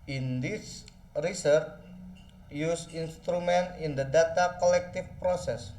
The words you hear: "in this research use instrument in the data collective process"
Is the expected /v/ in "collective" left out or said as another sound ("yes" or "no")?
yes